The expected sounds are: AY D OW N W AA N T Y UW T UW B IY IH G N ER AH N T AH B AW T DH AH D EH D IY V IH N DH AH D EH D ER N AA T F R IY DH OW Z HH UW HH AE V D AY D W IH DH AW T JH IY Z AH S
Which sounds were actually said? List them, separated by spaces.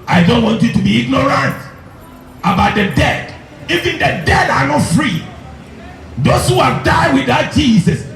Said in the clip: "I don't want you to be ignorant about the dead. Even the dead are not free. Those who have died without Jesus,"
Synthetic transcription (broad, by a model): AY D OW N W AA N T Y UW T UW B IY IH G N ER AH N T AH B AW T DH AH D EH D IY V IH N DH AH D EH D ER N AA T F R IY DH OW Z HH UW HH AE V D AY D W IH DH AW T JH IY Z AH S